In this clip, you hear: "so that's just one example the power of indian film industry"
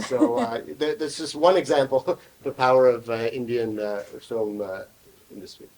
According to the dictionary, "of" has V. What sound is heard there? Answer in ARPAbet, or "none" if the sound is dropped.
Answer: V